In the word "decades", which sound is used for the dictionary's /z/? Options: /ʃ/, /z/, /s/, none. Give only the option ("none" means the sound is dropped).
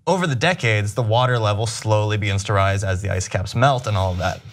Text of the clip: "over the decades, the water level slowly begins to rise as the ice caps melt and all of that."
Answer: /z/